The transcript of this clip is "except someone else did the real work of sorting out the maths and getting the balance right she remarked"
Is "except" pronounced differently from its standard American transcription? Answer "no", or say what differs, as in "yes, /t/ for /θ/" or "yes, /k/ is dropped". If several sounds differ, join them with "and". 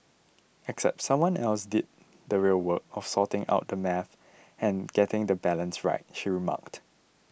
no